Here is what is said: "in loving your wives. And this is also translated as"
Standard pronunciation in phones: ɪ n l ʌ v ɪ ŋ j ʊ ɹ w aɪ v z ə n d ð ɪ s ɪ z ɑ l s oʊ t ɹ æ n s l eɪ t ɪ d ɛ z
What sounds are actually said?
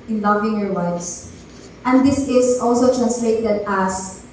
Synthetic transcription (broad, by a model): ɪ n l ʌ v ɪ ŋ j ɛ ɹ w aɪ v s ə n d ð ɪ s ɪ s ɑ l s oʊ t ɹ æ n s l eɪ t ɪ d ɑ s